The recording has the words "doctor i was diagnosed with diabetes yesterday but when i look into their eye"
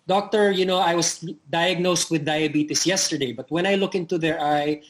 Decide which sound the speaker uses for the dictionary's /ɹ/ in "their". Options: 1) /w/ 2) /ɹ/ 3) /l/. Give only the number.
2